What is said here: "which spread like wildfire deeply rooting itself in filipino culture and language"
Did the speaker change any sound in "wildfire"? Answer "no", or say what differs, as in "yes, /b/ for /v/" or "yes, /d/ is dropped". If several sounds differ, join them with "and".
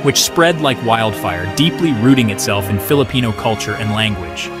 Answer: no